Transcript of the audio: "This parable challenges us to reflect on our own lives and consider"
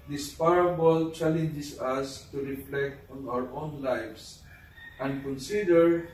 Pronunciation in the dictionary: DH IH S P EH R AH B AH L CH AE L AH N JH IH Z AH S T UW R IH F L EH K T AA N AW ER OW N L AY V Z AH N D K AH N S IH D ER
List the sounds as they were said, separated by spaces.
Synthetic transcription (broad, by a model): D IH S P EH R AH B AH L CH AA L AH N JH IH S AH S T UW R IH F L EH K T AA N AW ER OW N L AY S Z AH N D K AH N S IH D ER